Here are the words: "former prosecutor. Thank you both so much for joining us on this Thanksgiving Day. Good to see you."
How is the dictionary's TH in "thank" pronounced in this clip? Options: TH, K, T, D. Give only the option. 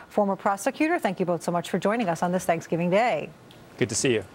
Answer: TH